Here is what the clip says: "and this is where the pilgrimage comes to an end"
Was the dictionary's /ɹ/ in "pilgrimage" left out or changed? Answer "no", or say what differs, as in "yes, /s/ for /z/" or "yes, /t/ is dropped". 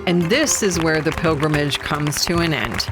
no